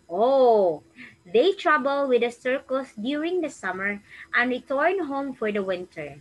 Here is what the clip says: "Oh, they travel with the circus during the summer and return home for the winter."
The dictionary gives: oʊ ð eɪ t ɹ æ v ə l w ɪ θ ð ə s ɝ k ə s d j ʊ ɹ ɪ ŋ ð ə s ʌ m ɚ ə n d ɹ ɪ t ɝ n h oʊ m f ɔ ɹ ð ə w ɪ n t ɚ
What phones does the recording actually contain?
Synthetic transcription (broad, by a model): oʊ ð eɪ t ɹ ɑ b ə l w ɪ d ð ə s ɝ k ə s d j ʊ ɹ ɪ ŋ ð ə s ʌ m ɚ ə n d ɹ ɪ t ɝ n h oʊ m f ɔ ɹ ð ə w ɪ n t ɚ